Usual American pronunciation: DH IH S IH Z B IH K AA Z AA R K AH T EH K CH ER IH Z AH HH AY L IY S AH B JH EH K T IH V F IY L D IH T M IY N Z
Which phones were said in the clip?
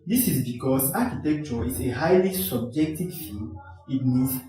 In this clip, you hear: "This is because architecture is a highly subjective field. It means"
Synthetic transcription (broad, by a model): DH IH S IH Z B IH K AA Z AA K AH T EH K CH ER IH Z AH HH AY L IY S AH B JH EH K T IH V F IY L IH T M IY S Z